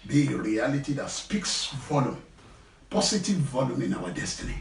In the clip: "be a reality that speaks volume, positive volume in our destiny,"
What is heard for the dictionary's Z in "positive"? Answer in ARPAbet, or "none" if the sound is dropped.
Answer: S